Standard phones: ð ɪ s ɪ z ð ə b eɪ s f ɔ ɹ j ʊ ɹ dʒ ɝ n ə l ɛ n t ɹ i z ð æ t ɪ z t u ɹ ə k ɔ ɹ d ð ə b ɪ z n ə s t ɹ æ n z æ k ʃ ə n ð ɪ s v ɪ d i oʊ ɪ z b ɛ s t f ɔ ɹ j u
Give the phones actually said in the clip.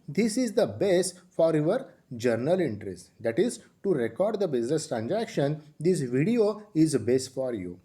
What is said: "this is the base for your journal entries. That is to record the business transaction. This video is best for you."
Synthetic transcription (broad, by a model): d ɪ s ɪ z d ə b eɪ s f ɔ ɹ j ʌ ɹ dʒ ɝ n ə l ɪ n t ɹ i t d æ t ɪ z t u ɹ ə k ɔ ɹ d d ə b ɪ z n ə s t ɹ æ n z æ k ʃ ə n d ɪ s v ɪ d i oʊ ɪ z b ɛ s t f ɔ ɹ j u